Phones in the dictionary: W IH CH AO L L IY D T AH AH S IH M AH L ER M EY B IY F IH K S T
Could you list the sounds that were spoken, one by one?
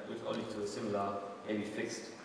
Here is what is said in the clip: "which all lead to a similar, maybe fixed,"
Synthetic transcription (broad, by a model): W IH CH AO N L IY T AH AH S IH M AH L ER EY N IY F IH K S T